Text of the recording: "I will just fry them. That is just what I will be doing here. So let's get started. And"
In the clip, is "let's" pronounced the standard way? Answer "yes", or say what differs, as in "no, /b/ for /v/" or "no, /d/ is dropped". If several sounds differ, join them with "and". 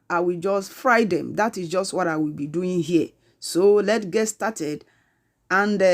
no, /s/ is dropped